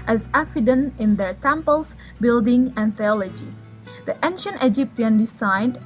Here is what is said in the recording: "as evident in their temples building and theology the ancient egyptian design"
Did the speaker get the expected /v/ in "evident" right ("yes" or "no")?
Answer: no